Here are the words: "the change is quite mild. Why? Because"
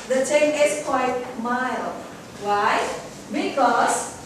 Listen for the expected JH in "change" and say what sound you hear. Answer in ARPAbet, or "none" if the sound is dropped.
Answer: none